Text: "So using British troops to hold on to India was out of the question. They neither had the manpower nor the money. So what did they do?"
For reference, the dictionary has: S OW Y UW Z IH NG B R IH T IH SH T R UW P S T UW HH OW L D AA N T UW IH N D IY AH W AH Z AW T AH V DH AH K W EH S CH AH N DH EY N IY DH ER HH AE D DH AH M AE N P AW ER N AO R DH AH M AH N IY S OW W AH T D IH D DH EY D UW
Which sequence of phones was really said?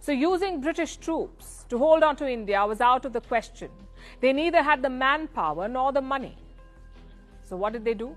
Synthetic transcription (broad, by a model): S OW Y UW Z IH NG B R IH T IH SH T R UW P S T UW HH OW L D AA N T UW IH N D IY AH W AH Z AW T AH V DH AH K W EH S CH AH N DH EY N IY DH ER HH AE D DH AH M AE N P AW ER N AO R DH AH M AH N IY S OW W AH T D IH D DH EY D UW